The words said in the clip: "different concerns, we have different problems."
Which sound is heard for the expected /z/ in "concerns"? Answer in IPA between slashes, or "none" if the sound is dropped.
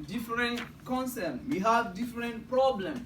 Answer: none